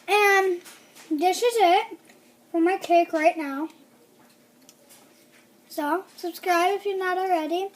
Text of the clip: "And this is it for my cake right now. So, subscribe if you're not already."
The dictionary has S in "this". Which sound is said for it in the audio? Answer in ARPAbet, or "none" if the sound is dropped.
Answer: SH